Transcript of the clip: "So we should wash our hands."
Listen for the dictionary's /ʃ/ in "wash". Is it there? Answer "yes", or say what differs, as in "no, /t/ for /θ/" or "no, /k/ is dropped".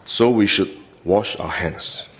yes